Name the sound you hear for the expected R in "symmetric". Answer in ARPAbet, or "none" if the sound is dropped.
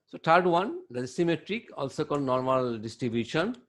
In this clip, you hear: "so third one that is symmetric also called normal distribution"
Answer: R